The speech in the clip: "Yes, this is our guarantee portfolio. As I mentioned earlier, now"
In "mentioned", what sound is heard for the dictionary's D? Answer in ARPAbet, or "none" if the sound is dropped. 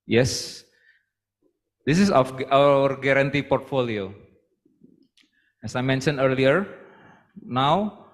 none